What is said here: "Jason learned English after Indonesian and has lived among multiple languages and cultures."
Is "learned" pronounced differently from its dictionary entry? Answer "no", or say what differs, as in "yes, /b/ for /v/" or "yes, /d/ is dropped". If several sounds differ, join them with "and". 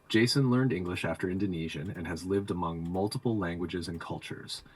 no